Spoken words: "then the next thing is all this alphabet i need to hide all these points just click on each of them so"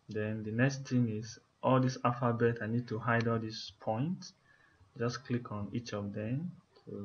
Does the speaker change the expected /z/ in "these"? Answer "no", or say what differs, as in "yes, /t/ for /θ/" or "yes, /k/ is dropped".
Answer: yes, /s/ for /z/